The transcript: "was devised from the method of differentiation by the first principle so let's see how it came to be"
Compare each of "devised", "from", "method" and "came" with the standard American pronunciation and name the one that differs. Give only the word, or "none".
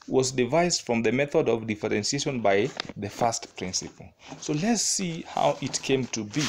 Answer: none